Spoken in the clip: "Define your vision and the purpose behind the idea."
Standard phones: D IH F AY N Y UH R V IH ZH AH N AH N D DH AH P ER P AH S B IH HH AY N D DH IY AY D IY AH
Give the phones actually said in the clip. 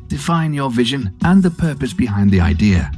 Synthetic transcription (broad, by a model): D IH F AY N Y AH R V IH ZH AH N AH N DH AH P ER P AH S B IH HH AY N DH IY AY D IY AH